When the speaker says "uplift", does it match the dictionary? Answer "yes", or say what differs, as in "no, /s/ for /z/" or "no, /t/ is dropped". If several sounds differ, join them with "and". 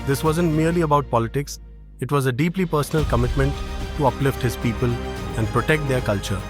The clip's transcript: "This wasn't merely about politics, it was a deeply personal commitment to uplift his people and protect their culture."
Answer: yes